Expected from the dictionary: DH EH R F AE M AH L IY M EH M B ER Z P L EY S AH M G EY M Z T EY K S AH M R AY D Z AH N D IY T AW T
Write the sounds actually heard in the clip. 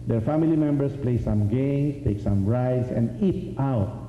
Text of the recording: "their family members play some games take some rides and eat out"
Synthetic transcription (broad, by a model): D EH R F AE M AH L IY M EH M B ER S P L EY S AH M G EY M S T EY K S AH M R AY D S AH N D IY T AW T